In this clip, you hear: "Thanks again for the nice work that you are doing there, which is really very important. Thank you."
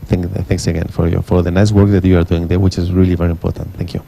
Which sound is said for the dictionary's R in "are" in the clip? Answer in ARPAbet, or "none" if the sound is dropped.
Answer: R